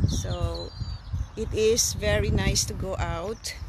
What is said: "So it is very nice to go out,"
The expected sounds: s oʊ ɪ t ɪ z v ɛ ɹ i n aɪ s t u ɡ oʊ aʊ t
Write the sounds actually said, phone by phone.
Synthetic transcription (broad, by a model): s oʊ ɪ t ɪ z v ɛ ɹ i n aɪ s t u ɡ oʊ aʊ t